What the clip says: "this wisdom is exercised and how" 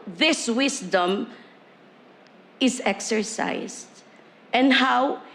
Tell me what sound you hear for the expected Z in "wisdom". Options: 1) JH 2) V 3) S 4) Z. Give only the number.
3